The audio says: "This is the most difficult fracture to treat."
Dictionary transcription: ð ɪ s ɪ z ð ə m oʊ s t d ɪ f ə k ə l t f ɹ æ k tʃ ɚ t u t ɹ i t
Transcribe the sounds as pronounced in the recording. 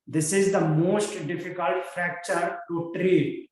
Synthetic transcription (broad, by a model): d ɪ s ɪ z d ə m oʊ s t d ɪ f ə k ə l t f ɹ æ k tʃ ɚ t u t ɹ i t